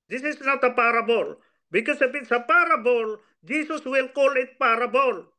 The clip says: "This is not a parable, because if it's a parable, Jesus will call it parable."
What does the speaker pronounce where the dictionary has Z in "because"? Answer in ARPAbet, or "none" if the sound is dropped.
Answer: S